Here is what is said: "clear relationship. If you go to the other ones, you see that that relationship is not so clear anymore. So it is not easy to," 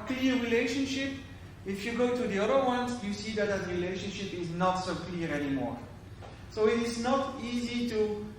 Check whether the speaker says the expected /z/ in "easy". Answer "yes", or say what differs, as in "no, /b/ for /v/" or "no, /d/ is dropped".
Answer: yes